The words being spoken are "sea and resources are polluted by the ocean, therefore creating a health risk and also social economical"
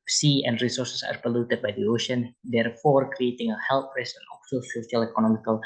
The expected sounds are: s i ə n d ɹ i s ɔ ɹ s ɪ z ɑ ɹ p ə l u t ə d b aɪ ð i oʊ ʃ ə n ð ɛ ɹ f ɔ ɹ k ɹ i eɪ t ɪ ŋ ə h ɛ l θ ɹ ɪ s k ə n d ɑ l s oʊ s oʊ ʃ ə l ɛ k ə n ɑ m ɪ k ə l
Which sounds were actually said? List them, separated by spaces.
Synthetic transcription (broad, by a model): s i ə n d ɹ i s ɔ ɹ s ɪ s ɑ ɹ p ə l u t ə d b aɪ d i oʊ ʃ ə n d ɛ ɹ f ɔ ɹ k ɹ i eɪ t ɪ ŋ ə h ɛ l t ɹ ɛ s ə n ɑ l s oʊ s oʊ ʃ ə l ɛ k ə n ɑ m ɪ k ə l